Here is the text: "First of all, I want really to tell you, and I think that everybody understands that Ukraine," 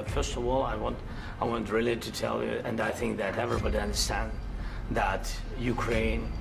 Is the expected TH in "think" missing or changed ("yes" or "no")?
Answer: no